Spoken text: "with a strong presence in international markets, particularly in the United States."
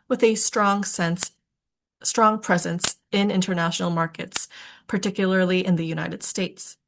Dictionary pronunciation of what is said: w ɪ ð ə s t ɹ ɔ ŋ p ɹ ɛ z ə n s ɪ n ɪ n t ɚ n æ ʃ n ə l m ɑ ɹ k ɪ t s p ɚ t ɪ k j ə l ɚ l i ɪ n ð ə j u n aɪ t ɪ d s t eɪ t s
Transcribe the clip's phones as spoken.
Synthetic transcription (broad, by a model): w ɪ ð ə s t ɹ ɔ ŋ p ɹ ɛ z ə n s ɪ n ɪ n t ɚ n æ ʃ n l m ɑ ɹ k ɪ t s p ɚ t ɪ k j l ɚ l i ɪ n ð ə j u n aɪ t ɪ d s t eɪ t s